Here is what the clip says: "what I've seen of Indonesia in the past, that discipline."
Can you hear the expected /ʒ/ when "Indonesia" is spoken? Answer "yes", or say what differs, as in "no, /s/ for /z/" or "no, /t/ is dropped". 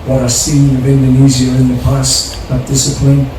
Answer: no, /z/ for /ʒ/